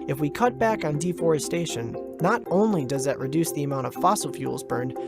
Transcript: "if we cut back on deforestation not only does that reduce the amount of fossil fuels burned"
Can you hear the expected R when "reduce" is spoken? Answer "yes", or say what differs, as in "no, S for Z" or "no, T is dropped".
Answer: yes